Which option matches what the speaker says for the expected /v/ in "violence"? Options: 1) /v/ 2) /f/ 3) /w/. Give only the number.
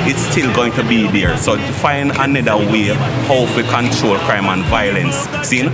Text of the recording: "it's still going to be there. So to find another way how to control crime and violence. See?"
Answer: 1